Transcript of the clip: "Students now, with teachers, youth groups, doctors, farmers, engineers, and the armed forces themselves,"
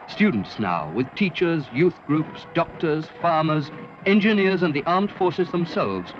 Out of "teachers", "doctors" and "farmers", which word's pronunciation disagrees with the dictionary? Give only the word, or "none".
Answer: none